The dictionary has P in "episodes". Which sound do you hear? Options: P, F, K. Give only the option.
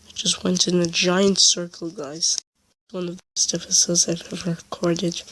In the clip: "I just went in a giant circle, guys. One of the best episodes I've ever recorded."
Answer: F